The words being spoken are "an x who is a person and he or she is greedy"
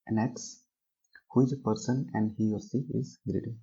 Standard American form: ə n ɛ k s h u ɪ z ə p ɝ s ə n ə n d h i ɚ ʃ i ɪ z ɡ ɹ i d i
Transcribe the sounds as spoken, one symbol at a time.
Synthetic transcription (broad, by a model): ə n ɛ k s h u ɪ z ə p ɝ s ə n ə n d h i ɚ s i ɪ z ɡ ɹ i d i